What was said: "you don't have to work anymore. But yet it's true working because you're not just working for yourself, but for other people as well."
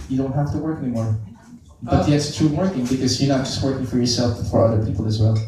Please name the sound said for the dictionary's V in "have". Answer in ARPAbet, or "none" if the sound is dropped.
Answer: F